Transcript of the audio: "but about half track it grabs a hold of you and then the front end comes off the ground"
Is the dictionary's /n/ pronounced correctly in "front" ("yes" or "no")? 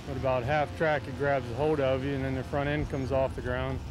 no